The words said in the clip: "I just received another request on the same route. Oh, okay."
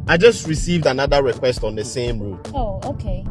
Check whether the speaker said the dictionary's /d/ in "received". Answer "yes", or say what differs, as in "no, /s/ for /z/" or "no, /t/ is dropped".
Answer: yes